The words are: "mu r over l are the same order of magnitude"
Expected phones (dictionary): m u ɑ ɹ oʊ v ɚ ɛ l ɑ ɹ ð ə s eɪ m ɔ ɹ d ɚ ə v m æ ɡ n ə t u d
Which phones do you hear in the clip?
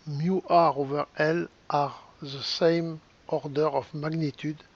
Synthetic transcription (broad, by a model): m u ɑ ɹ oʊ v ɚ ɛ l ɑ ɹ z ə s eɪ m ɔ ɹ d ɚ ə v m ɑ ɡ n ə t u d